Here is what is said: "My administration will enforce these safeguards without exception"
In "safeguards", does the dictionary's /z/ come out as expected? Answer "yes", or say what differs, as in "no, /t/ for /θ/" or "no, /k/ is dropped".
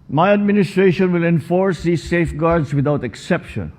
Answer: no, /s/ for /z/